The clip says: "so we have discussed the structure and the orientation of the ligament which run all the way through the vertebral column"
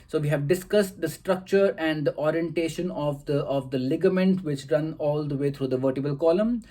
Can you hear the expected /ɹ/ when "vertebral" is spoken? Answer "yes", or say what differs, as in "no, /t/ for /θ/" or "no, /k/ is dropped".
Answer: no, /ɹ/ is dropped